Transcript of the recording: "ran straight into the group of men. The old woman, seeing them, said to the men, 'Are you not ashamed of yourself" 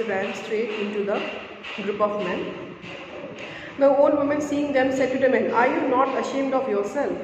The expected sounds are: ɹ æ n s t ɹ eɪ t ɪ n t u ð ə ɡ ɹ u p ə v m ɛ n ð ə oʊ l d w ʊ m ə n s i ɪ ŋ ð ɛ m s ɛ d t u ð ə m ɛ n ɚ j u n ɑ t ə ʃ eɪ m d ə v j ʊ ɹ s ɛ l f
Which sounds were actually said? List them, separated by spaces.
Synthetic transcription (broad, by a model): ɹ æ n s t ɹ eɪ t ɪ n t u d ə ɡ ɹ u p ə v m ɛ n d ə oʊ l d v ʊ m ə n s i ɪ ŋ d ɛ m s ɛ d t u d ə m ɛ n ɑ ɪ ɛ n ɑ t ə ʃ eɪ m d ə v j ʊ ɹ s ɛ l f